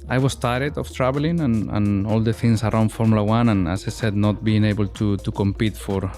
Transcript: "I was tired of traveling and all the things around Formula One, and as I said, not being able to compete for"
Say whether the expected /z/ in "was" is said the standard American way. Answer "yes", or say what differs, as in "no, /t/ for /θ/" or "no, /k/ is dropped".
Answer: no, /s/ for /z/